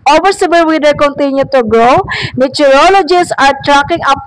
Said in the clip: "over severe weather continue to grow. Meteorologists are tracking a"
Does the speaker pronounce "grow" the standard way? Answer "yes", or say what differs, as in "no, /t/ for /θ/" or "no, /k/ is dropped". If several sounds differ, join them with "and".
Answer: yes